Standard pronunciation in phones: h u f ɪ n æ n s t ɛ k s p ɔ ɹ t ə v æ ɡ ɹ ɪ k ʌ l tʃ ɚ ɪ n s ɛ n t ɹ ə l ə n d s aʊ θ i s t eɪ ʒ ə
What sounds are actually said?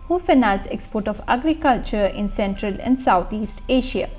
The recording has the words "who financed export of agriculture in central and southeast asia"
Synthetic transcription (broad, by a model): h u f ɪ n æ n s ɛ k s p ɔ ɹ t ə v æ ɡ ɹ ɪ k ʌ l tʃ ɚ ɪ n s ɛ n t ɹ ə l ə n d s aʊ t i s t eɪ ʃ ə